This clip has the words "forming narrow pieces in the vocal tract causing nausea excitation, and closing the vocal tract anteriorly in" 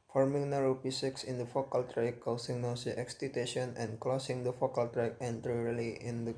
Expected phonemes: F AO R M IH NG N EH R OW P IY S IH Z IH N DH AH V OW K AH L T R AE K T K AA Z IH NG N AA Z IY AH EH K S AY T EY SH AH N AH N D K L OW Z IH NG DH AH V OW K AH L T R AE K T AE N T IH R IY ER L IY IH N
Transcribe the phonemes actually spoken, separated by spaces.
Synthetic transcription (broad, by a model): F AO R M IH NG N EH R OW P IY S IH S IH N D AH F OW K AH L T R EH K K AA S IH NG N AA S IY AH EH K S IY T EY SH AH N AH N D K L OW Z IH NG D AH F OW K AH L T R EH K AE N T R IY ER L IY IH N